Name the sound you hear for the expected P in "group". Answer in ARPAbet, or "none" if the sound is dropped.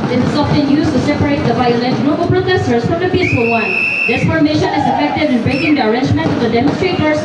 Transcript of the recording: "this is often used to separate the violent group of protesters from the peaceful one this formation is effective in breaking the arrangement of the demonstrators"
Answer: B